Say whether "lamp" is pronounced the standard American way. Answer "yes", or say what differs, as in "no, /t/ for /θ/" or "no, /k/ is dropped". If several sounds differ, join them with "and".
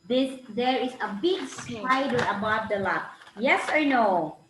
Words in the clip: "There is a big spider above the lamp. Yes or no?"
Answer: no, /m/ is dropped